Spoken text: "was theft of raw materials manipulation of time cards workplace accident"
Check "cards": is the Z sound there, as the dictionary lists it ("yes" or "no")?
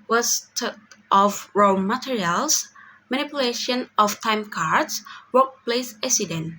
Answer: no